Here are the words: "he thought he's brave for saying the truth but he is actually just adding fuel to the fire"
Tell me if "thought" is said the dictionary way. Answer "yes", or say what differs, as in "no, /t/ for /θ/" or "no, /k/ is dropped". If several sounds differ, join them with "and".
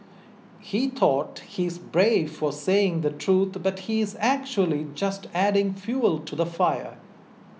no, /t/ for /θ/